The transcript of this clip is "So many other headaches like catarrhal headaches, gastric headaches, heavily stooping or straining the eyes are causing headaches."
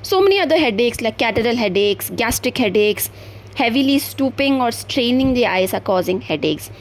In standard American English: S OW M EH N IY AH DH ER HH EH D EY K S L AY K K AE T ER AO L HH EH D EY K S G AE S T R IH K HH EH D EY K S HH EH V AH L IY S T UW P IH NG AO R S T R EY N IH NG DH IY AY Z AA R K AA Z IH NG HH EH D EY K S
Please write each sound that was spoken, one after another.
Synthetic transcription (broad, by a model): S OW M EH N IY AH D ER HH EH D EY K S L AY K K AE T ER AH L HH EH D EY K S G AE S T R IH K HH EH D EY K S HH EH V AH L IY S T UW P IH NG AO R S T R EY N IH NG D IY AY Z AA R K AA Z IH NG HH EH D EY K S